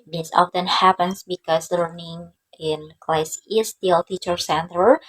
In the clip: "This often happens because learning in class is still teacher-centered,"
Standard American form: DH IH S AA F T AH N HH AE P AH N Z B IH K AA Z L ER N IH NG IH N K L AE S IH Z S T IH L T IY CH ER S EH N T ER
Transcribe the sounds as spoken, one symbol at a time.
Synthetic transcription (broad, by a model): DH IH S AA F T AH N HH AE P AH N S B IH K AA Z L ER N IH NG IH N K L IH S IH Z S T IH L T IY CH ER S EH N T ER